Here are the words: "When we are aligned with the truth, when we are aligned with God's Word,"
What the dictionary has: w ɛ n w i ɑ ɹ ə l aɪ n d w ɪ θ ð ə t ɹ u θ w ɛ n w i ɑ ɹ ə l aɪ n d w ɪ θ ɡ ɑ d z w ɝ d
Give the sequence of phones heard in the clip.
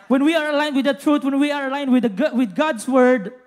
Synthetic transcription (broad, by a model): w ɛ n w i ɑ ɹ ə l aɪ n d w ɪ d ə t ɹ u t w ɛ n w i ɑ ɹ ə l aɪ n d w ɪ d ɡ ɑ d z w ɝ d